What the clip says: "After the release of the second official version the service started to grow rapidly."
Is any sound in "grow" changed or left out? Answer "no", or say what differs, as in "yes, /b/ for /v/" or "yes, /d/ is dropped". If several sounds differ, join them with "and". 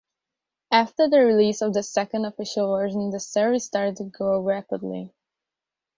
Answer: yes, /ɹ/ is dropped